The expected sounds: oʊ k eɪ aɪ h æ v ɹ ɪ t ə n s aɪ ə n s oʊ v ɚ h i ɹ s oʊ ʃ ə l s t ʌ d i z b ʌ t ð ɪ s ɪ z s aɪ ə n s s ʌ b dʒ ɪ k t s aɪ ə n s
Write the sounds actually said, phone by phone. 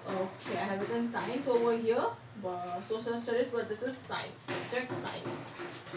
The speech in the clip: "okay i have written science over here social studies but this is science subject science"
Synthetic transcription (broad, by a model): oʊ k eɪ aɪ h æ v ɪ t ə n s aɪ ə n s oʊ v ɚ h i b s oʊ s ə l s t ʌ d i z b ʌ t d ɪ s ɪ z s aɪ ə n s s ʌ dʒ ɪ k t s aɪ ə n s